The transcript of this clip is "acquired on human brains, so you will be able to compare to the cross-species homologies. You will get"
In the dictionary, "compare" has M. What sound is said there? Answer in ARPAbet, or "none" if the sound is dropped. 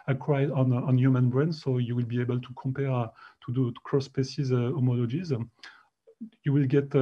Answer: M